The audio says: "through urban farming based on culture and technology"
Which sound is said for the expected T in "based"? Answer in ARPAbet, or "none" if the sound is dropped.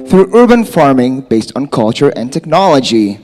T